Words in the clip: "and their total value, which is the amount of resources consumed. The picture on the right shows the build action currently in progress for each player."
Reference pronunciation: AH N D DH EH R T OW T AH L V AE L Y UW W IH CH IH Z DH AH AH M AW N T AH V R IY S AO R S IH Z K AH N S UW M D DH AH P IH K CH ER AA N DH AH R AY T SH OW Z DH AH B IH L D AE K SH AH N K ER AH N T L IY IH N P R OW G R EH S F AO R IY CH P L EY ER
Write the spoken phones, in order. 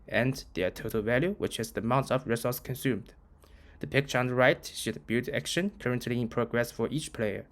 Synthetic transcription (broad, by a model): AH N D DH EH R T OW T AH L V AE L Y UW W IH CH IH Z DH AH AH M AW N T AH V R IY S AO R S K AH N S UW M D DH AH P IH K CH ER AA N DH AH R AY T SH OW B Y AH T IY AE K SH AH N K ER AH N T L IY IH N P R OW G R EH S F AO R IY CH P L EY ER